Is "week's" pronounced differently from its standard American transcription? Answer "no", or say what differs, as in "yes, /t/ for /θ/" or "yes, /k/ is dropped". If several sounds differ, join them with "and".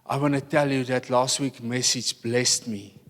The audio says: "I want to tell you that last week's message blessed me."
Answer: yes, /s/ is dropped